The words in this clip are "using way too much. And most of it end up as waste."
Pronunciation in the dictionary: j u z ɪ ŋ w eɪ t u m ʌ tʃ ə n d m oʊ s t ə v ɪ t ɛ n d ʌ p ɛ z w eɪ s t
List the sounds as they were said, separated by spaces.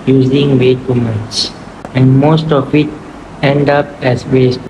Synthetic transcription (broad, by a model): j u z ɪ ŋ w eɪ t u m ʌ s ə n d m oʊ s t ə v ɪ t ɛ n d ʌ p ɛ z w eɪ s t